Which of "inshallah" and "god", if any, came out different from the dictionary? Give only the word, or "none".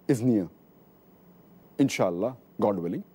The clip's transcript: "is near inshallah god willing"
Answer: none